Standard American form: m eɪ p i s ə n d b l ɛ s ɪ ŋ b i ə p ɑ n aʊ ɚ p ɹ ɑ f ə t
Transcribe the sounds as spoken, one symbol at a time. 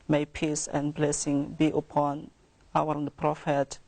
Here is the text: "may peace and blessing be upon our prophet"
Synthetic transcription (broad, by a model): m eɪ p i s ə n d b l ɛ s ɪ ŋ b i ə p ɑ n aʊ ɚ p ɹ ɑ f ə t